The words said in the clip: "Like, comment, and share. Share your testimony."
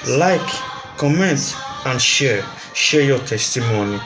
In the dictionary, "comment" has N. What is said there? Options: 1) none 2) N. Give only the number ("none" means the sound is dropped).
2